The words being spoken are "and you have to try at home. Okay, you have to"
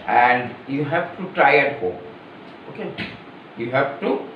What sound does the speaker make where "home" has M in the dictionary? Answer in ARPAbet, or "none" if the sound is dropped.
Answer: none